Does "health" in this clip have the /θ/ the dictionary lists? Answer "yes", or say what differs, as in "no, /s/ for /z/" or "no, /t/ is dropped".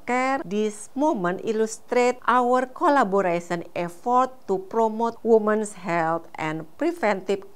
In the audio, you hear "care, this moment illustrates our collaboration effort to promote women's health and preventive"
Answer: no, /t/ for /θ/